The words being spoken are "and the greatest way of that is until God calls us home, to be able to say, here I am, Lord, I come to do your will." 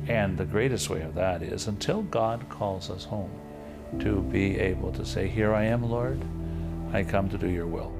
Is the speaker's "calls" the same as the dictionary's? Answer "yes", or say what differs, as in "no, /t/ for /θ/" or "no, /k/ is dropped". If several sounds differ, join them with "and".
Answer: yes